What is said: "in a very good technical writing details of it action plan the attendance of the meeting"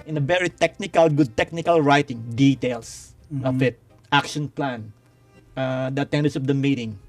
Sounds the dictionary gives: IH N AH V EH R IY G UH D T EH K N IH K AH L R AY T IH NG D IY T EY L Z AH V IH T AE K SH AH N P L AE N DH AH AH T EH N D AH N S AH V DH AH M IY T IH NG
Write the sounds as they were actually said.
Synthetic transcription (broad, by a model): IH N AH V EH R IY G UH D T EH K N IH K AH L R AY T IH NG D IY T EY L S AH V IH T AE K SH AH N P L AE N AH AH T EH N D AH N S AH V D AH M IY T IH NG